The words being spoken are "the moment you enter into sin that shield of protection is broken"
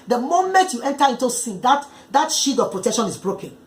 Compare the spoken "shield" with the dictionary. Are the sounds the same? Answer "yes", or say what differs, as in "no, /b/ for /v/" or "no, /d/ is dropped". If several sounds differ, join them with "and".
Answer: no, /l/ is dropped